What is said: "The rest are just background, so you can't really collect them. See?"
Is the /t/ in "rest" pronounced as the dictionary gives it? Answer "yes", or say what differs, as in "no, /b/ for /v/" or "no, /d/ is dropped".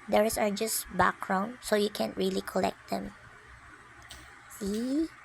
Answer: no, /t/ is dropped